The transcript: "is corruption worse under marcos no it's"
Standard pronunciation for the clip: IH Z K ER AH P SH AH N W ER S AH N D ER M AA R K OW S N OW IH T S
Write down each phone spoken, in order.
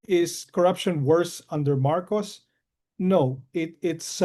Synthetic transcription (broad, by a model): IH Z K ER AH P SH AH N W ER S AH N D ER M AA R K OW S N OW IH T S